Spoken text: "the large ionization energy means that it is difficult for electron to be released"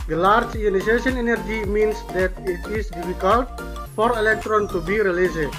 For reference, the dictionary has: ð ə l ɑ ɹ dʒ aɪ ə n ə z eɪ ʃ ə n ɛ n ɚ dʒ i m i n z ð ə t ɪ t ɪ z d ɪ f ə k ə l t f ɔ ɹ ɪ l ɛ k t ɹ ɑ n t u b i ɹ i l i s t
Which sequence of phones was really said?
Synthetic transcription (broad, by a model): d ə l ɑ ɹ dʒ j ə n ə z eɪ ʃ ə n ɛ n ɚ dʒ i m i n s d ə t ɪ t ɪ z d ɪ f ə k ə l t f ɔ ɹ ɪ l ɛ k t ɹ ɑ n t u b i ɹ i l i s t